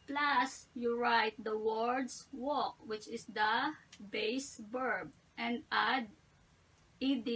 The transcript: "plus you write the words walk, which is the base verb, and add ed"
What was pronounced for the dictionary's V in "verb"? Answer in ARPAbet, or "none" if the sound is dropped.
B